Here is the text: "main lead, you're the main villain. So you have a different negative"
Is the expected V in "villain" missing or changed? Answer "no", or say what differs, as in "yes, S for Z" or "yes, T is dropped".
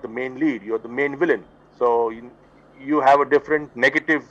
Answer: no